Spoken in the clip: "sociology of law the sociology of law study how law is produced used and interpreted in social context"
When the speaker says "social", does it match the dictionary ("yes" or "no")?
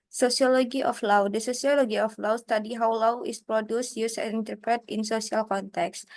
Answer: no